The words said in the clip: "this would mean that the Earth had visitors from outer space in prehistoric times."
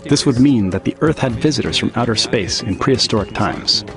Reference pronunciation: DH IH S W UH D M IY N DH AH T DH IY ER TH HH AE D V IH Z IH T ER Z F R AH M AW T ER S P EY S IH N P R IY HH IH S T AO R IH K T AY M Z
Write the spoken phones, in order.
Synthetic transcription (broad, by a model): DH IH S W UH D M IY N DH AH T DH IY ER TH HH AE D V IH Z IH T ER Z F R AH M AW T ER S P EY S IH N P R IY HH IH S T AO R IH K T AY M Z